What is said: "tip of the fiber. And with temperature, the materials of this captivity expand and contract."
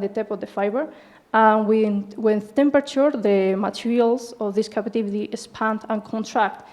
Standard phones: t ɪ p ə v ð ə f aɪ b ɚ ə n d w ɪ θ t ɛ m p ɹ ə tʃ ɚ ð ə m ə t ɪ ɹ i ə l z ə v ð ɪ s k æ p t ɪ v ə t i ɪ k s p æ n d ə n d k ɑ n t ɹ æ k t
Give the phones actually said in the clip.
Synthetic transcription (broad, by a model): t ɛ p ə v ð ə f aɪ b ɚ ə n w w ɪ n t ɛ m p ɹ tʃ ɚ ð ə m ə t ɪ ɹ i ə l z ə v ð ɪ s k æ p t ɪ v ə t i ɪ s p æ n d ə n k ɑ n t ɹ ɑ k t